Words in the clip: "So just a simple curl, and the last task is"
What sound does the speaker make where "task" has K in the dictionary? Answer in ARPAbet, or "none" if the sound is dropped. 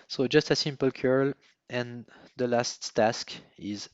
K